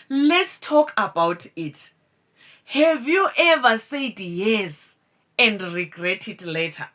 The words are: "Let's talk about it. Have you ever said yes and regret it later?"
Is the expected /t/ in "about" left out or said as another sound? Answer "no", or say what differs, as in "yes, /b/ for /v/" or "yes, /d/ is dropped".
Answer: no